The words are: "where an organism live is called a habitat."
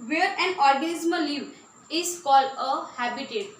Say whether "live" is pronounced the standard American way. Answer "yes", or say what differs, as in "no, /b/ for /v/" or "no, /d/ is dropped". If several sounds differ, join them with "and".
no, /v/ is dropped